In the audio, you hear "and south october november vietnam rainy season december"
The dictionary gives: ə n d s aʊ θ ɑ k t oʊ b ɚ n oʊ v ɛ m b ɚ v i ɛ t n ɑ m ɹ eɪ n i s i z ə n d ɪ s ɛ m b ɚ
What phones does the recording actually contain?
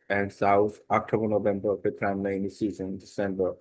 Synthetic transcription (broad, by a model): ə n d s aʊ t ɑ k t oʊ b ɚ n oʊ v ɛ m b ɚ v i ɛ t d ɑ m l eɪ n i s i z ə n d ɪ s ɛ m b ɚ